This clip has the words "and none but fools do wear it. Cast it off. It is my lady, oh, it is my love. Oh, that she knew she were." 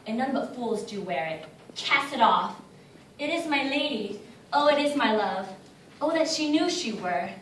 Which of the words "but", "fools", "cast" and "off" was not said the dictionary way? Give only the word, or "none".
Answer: cast